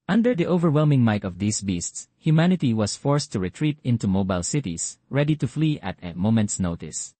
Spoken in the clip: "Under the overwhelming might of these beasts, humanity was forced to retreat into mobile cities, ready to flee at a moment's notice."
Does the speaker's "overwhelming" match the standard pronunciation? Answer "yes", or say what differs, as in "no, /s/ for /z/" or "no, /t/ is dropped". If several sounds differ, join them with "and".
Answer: yes